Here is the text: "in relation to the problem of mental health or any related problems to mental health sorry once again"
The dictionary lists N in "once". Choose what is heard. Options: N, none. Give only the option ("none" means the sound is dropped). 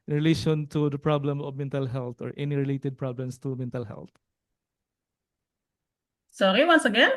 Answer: N